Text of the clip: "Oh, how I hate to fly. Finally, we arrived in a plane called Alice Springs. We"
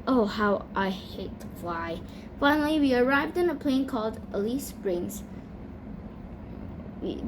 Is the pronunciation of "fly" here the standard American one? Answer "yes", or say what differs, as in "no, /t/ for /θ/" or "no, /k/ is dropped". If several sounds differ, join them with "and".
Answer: no, /l/ is dropped